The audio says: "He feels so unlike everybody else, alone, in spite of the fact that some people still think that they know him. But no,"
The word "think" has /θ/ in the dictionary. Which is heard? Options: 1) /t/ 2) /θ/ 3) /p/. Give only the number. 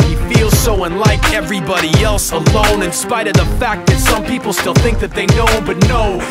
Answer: 2